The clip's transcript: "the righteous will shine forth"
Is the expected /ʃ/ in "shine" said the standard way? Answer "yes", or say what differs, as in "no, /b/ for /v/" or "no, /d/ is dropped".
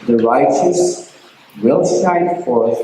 no, /s/ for /ʃ/